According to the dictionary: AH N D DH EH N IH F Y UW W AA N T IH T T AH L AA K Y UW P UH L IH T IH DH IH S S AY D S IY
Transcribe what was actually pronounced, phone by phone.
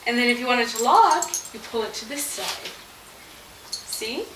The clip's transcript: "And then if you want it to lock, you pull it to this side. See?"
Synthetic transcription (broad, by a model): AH N DH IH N IH F Y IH W AA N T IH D T AH L AA K Y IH P UH L IH T IH DH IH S S AY D S IY